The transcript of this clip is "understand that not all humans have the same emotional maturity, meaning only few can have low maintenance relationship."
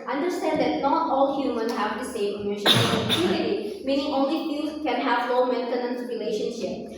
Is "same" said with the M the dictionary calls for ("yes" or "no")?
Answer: no